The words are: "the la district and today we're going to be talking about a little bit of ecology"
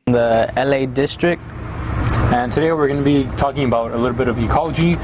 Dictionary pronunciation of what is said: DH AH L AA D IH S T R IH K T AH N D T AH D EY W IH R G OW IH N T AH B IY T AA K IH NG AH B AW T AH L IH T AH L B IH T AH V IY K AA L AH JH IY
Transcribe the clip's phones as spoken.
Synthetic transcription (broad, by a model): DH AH L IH D IH S T R IH K T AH N T AH D EY W IH R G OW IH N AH B IY T AA K IH NG AH B AW T AH L IH T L B IH T AH V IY K AA L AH JH IY